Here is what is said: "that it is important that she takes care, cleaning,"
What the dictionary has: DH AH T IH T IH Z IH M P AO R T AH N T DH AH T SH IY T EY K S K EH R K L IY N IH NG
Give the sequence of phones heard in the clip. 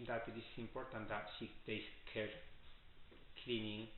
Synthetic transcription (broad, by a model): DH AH T IH T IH S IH M P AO R T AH N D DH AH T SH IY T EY S K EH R K L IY N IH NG